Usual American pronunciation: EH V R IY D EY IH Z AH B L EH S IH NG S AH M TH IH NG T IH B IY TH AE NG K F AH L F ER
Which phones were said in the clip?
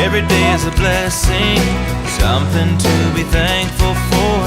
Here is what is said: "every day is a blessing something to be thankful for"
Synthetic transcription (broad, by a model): EH V R IY D EY IH Z AH B L EH S IH NG S AH M TH IH NG T IH B IY TH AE NG K F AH L F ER